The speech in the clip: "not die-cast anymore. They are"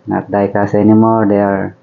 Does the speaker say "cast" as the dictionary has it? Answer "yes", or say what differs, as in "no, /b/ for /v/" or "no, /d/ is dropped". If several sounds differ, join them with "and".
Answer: no, /t/ is dropped